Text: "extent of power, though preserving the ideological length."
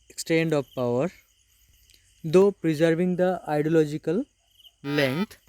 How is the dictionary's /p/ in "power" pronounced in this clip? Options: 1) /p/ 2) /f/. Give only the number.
1